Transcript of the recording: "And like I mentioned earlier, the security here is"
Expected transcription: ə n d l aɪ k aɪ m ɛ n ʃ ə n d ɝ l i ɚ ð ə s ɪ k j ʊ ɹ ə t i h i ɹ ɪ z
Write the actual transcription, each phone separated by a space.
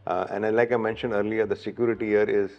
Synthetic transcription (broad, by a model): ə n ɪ l aɪ k aɪ m ɛ n ʃ ə n d ɝ l i ɚ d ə s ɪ k j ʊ ɹ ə t i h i ɹ ɪ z